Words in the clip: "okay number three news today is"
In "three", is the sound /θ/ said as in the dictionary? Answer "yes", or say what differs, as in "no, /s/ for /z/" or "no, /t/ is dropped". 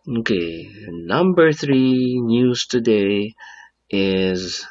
yes